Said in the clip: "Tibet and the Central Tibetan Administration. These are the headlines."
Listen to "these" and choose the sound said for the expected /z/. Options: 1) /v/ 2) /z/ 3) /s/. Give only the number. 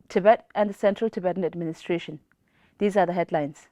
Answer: 2